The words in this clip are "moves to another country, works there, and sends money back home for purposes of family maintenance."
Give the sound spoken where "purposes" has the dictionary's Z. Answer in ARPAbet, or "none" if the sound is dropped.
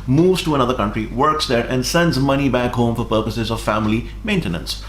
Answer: Z